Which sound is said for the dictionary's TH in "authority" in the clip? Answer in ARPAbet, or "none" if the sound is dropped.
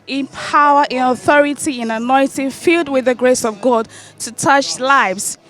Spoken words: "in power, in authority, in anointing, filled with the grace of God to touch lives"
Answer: TH